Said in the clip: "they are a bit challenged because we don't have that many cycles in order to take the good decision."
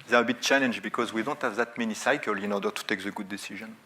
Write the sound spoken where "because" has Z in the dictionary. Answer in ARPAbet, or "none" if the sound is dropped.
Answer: Z